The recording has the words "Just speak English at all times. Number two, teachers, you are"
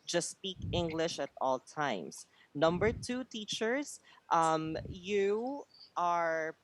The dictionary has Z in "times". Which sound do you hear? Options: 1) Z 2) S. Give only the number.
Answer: 2